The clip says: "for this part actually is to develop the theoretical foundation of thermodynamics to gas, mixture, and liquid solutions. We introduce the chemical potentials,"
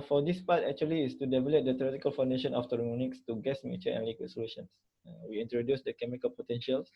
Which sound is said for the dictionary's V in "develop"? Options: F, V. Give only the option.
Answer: V